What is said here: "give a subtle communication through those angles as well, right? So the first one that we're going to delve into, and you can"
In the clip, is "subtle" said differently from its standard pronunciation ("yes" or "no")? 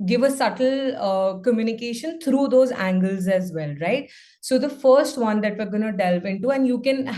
no